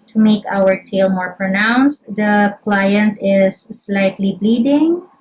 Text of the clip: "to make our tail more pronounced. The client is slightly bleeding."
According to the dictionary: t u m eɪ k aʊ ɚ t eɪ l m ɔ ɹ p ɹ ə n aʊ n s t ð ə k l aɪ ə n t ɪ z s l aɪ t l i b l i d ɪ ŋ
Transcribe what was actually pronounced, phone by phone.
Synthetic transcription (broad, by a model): t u m eɪ k aʊ ɚ t eɪ l m ɔ ɹ p ɹ ə n aʊ n s t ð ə k l aɪ ə n t ɪ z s l aɪ t l i b l i d ɪ ŋ